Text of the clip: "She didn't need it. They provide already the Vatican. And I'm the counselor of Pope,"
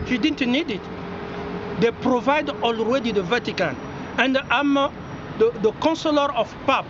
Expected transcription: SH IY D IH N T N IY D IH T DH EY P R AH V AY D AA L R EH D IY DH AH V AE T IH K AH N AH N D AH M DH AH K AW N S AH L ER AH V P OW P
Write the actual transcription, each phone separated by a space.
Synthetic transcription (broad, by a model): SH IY D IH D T N IY D IH T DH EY P R AH V AY D AA L R EH D IY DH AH V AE T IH K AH N AH N D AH M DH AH K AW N S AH L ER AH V P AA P